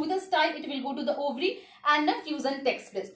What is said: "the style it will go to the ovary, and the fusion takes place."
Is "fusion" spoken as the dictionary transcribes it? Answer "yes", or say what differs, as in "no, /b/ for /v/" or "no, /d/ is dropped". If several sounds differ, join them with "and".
no, /z/ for /ʒ/